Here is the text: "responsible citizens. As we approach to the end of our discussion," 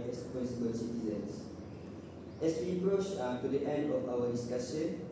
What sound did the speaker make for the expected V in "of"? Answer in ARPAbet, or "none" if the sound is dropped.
F